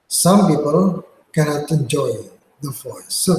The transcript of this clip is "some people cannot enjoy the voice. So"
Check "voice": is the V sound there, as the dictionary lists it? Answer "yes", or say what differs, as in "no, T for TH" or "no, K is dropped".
no, F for V